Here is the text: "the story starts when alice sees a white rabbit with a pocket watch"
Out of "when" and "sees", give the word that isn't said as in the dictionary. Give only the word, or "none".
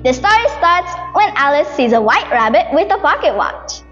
none